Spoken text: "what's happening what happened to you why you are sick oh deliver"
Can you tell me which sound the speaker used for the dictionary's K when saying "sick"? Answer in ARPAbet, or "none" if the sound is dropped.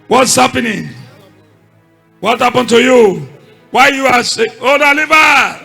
none